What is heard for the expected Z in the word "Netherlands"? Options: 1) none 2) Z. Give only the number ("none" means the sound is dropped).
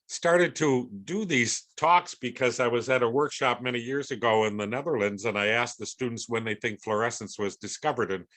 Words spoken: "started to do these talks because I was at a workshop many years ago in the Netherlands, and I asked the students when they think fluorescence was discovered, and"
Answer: 2